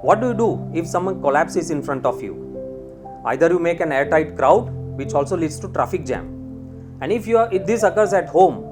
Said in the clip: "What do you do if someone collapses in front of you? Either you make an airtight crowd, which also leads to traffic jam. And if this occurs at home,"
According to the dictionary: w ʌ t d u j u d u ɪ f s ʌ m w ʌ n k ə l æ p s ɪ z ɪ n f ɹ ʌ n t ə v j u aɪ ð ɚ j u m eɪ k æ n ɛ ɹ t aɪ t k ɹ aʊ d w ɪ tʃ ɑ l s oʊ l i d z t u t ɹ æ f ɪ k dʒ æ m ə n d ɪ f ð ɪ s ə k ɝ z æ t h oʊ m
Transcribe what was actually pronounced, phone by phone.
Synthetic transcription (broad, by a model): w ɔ t d u j u d u ɪ f s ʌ m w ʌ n k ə l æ p s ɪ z ɪ n f ɹ ʌ n t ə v j u aɪ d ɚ j u m eɪ k æ n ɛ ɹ t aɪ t k ɹ aʊ d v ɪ tʃ ɑ l s oʊ l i d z t u t ɹ æ f ɪ k dʒ æ m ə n d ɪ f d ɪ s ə k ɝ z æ t h oʊ m